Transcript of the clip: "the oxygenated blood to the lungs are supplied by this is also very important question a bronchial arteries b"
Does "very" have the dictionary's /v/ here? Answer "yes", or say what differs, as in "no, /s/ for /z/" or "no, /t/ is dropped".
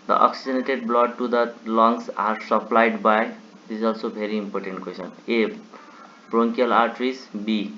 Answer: no, /b/ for /v/